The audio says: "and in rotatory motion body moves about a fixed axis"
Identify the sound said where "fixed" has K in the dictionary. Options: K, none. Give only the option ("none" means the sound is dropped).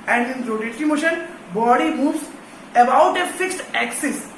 K